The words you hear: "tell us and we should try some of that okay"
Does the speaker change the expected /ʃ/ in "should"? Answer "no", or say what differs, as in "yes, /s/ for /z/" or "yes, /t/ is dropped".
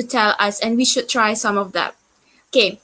no